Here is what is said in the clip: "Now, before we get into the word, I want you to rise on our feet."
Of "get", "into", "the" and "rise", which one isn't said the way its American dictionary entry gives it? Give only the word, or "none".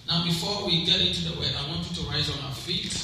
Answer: none